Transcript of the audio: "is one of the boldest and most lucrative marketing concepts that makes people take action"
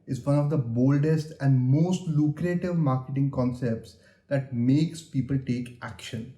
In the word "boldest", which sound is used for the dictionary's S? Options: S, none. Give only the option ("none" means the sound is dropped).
S